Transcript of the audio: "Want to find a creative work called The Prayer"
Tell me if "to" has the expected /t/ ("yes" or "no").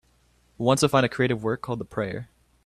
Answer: no